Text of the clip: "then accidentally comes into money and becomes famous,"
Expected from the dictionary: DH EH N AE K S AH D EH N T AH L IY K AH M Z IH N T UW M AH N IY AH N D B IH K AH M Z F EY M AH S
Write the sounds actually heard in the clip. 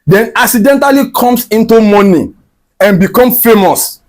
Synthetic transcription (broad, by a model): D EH N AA K S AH D EH N T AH L IY K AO M S IH N T UW M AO N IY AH N B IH K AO M F EY M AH S